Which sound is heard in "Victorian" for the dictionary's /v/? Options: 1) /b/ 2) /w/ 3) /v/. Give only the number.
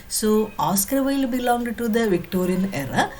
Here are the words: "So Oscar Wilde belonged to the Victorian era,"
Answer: 3